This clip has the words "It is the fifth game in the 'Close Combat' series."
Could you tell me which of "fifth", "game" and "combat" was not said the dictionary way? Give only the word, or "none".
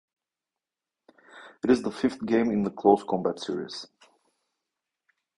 none